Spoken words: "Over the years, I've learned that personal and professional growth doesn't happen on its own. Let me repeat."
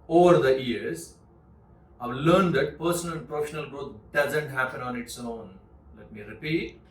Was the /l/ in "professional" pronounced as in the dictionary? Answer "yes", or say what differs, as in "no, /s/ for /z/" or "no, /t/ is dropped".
yes